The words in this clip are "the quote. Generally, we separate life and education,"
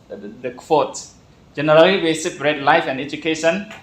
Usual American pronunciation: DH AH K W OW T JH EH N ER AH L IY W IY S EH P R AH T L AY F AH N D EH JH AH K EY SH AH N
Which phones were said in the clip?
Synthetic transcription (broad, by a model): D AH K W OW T JH EH N ER AH L IY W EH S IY B R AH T L AY F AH N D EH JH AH K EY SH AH N